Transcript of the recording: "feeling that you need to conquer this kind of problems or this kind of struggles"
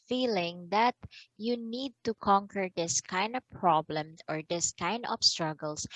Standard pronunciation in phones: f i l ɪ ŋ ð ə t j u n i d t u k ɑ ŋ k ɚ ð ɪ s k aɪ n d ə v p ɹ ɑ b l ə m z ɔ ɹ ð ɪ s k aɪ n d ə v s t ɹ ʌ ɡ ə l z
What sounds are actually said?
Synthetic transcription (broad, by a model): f i l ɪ ŋ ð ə t j u n i d t u k ɑ ŋ k ɚ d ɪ s k aɪ n d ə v p ɹ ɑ b l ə m ɔ ɹ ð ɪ s k aɪ n d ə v s t ɹ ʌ ɡ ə l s